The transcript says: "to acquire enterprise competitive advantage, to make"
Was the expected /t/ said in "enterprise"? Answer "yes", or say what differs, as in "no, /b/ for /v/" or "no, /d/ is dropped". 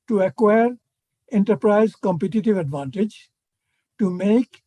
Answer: yes